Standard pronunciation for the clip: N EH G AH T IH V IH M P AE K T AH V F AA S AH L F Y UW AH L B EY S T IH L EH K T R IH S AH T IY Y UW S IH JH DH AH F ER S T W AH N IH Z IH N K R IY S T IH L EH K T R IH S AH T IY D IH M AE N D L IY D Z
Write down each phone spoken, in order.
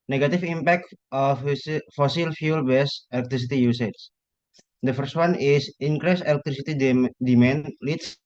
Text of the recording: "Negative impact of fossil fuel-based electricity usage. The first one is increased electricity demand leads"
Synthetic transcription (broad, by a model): N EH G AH T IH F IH M P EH K T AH F F AA S AH L F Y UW L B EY S IH L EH K T R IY S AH T IY Y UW S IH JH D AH F ER S T W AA N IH S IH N K R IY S IH L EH K T R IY S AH T IY D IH M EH N L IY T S